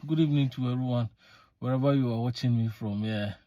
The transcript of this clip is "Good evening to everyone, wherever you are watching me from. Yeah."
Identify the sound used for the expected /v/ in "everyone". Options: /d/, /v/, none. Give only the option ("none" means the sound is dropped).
none